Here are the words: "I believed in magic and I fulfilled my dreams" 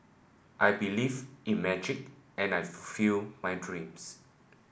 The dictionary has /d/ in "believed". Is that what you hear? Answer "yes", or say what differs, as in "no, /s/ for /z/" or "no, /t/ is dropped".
no, /d/ is dropped